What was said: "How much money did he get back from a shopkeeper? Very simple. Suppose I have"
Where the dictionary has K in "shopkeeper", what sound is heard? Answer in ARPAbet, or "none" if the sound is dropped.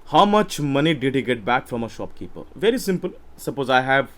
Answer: K